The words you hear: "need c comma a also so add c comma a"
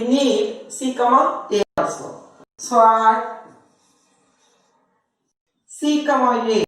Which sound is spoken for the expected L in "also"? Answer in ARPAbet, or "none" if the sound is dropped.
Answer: none